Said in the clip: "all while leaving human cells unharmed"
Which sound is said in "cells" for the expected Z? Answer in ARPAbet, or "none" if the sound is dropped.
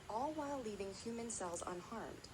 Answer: Z